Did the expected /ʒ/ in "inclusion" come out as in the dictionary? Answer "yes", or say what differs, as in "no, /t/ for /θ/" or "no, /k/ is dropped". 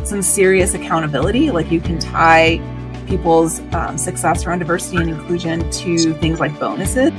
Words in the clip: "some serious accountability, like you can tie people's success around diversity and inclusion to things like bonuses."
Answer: yes